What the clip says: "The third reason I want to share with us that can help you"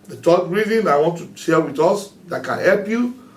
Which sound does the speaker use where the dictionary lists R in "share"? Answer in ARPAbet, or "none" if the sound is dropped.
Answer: L